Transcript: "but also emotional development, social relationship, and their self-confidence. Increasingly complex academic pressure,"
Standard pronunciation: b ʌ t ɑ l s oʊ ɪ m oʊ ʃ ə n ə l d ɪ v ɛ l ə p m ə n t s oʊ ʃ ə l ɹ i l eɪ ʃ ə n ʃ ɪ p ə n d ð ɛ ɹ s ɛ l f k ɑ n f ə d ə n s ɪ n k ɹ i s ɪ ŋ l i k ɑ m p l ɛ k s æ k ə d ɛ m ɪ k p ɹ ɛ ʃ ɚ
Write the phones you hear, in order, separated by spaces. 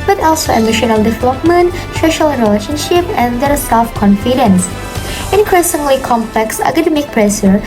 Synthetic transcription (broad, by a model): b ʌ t ɑ l s oʊ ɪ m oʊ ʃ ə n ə l d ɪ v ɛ l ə p m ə n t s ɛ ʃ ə l ɹ i l eɪ ʃ ə n ʃ ɪ p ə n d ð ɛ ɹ s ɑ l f k ɑ n f ə d ə n s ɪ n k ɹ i s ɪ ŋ l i k ɑ m p l ɛ k s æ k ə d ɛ m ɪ k p ɹ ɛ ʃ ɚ